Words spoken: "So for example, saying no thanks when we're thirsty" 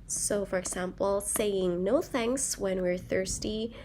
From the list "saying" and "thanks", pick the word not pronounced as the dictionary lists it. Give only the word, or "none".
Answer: none